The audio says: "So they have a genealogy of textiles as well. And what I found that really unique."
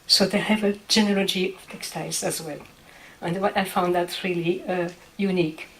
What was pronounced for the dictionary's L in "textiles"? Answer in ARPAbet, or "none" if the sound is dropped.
none